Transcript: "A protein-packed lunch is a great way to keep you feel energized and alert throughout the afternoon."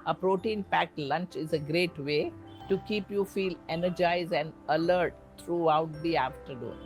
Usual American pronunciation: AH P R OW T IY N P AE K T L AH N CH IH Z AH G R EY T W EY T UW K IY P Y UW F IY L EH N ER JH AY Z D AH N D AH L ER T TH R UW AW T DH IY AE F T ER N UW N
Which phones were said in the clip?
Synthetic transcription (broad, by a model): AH P R OW T IY N P AE K T L AH N CH IH Z AH G R EY T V EY T UW K IY P Y UW F IY L EH N ER JH AY Z D AH N D AH L ER T T R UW AW T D IY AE F T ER N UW N